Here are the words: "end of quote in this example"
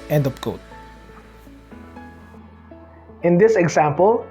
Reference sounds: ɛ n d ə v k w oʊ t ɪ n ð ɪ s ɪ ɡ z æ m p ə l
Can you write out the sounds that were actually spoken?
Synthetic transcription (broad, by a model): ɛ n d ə p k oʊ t ɪ n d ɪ s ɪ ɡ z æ m p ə l